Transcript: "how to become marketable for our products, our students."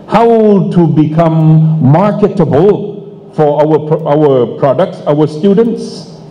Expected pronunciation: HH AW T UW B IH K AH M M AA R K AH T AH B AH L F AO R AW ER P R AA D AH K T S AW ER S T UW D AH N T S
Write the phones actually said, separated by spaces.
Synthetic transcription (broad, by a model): HH AW T UW B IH K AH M M AA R K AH T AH B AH L F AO W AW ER P R AA D AH K T S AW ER S T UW D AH N T S